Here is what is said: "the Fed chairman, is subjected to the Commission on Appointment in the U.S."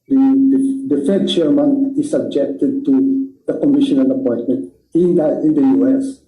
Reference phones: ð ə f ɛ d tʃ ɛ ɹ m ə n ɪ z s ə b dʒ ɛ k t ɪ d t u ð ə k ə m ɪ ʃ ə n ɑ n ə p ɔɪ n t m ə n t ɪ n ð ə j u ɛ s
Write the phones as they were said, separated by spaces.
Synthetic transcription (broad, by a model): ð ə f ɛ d tʃ ɛ ɹ m ə n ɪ s ə b dʒ ɛ k t ɪ d t u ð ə k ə m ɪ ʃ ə n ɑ l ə p ɔɪ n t m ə n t ɪ n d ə j u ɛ s